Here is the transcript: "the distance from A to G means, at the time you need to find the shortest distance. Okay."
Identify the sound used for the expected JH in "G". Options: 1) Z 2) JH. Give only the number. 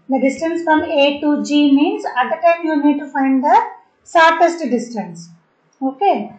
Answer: 2